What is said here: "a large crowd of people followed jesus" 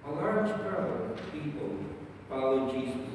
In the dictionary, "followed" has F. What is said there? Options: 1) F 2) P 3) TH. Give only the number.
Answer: 2